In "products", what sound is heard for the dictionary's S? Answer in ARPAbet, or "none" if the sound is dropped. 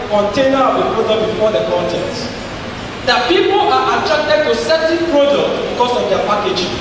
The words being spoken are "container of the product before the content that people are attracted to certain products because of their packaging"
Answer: none